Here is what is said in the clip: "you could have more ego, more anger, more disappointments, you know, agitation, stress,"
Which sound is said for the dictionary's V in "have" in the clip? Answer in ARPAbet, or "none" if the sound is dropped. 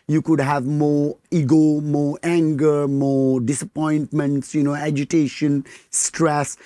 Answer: V